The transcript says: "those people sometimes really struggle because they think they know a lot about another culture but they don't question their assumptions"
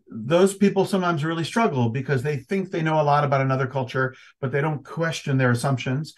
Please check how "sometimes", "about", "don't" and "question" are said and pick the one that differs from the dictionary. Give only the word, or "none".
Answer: none